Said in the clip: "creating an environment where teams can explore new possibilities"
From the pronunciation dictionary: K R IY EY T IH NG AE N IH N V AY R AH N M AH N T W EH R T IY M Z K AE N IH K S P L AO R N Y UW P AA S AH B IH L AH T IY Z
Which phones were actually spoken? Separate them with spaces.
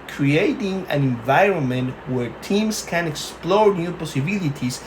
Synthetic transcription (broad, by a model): K R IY EY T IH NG AE N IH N V AY R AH N M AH N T W EH R T IY M S K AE N IH K S P L AO R N Y UW P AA S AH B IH L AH T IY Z